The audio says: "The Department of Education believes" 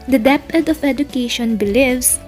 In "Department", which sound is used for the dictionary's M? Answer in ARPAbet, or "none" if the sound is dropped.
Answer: none